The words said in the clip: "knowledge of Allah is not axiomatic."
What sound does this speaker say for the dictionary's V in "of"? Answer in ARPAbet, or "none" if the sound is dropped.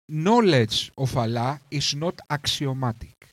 F